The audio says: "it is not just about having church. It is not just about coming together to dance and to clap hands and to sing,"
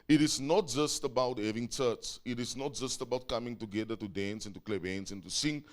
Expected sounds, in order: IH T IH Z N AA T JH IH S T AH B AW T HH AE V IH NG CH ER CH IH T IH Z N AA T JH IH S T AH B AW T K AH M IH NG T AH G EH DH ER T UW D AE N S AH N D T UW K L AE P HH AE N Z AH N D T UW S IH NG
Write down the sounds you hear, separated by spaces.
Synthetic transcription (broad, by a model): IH T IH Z N AA T JH IH S T AH B AW T HH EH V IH NG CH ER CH IH T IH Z N AA T JH IH S T AH B AW T K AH M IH NG T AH G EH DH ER T UW D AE N S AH N T UW K L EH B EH N S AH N T UW S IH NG